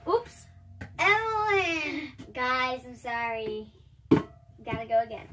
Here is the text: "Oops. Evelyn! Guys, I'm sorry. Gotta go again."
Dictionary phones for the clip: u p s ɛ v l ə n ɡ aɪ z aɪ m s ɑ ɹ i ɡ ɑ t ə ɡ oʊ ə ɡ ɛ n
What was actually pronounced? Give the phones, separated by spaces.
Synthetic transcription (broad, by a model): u p s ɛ l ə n ɡ aɪ z aɪ m s ɑ ɹ i ɡ ɑ t ə ɡ oʊ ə ɡ ɛ n